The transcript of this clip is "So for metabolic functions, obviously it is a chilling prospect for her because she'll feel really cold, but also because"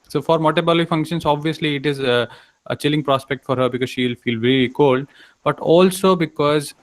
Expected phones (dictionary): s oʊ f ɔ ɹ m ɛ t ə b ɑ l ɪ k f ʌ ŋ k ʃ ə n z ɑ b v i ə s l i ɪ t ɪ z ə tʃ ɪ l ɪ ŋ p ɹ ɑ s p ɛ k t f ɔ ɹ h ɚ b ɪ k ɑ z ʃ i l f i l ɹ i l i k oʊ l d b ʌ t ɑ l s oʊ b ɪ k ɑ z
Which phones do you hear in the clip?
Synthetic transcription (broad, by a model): s oʊ f ɔ ɹ m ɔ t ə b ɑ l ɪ f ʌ ŋ k ʃ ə n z ɑ b v i ə s l i ɪ t ɪ z ə tʃ ɪ l ɪ ŋ p ɹ ɑ s p ɛ k t f ɔ ɹ h ɚ b ɪ k ɑ z ʃ i l f i l ɹ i i k oʊ l d b ʌ t ɑ l s oʊ b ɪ k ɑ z